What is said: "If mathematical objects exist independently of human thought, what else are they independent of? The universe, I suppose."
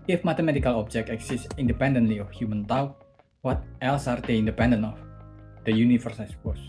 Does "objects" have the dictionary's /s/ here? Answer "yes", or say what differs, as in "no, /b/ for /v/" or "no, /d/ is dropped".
no, /s/ is dropped